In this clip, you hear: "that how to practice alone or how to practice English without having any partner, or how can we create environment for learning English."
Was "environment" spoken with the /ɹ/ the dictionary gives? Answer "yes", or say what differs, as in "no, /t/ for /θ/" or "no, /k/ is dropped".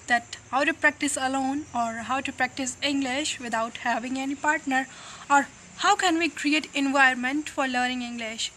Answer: no, /ɹ/ is dropped